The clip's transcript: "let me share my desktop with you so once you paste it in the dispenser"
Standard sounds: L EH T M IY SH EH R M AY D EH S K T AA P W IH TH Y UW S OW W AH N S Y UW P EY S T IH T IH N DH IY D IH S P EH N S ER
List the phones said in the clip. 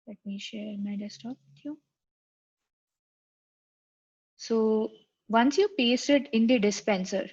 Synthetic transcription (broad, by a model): L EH T M IY SH EH R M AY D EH S T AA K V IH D Y UW S OW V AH N S Y UW P EY S T IH T IH N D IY D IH S P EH N S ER